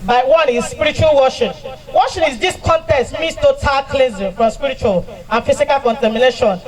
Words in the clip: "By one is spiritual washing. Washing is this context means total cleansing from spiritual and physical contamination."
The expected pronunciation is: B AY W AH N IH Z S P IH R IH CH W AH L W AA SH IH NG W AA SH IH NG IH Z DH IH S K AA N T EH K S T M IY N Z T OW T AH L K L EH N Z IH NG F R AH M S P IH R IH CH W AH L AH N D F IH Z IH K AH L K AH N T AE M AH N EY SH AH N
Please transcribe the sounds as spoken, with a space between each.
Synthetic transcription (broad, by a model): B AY W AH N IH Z S P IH R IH CH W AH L W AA SH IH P W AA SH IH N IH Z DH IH S K AA N T EH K S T M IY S T OW T AH L K L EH Z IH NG F R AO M S P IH R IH CH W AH L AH N F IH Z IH K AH L K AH N T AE M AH N EY SH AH N